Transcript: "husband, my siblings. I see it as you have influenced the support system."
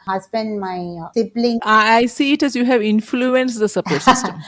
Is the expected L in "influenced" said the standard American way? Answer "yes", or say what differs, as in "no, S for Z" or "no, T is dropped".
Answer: yes